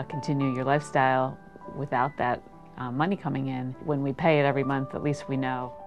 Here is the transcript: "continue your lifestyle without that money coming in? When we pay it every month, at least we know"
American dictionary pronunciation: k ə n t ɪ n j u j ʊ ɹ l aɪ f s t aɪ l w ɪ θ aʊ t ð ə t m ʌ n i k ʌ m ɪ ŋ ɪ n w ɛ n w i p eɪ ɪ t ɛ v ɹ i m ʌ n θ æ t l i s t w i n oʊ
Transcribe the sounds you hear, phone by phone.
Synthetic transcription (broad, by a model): k n t ɪ n j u j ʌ ɹ l aɪ f s t aɪ l w ɪ θ aʊ t ð ə t m ʌ n i k ʌ m ɪ ŋ ɪ n w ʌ n w i p eɪ ɪ t ɛ v ɹ i m ʌ n θ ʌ t l i s t w i n oʊ